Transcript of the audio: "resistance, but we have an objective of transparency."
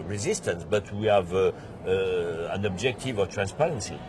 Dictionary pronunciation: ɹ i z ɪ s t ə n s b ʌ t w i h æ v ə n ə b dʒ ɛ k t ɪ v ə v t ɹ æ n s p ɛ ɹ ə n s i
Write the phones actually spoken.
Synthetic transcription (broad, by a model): ɹ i z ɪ s t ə n s b ʌ t w i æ v ə n ə b dʒ ɛ k t ɪ v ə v t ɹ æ n s p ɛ ɹ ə n s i